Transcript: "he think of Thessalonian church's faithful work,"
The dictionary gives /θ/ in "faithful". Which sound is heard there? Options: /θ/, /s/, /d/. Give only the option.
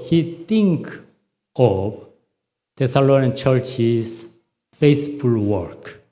/s/